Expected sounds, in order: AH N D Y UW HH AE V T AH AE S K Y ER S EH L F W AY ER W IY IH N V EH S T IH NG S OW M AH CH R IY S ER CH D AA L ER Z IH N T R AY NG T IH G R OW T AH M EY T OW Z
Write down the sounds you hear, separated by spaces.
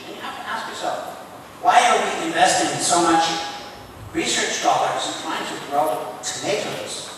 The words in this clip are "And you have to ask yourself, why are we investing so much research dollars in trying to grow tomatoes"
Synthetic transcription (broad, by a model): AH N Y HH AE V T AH AE S K Y ER S EH L F W AY ER W IY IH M V EH S T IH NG S OW M AH CH R IY S ER CH D AA L ER Z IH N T AY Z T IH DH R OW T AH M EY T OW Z